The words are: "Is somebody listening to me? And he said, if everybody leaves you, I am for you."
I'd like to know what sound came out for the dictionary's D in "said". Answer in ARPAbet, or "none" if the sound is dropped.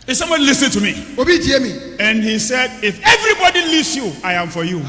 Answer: D